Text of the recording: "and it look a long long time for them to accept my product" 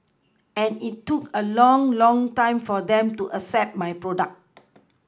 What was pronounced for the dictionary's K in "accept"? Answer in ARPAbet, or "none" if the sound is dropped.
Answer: none